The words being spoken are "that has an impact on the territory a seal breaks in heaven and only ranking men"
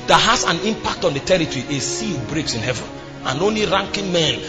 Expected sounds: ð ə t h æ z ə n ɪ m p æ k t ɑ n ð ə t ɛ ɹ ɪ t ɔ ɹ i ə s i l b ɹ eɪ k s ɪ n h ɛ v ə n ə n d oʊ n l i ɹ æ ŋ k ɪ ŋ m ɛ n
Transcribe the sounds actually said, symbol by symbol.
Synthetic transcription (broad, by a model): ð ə t h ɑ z ə n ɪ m p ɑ k t ɑ n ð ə t ɛ ɹ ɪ t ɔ ɹ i ə s i l b ɹ eɪ k s ɪ n h ɛ v ə n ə n oʊ n l i ɹ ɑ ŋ k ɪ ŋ m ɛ n